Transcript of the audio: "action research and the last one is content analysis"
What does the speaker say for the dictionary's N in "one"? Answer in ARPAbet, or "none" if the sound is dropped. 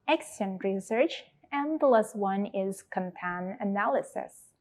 N